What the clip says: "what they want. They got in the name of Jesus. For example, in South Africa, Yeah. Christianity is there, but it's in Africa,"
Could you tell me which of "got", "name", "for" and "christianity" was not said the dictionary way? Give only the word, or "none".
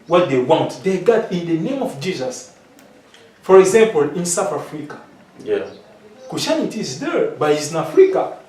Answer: christianity